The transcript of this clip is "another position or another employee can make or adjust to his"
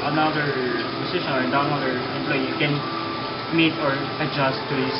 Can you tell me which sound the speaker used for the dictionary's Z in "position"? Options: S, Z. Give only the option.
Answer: S